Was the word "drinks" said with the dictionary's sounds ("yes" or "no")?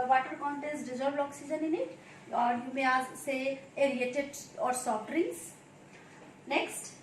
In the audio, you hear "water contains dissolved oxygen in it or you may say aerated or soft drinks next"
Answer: no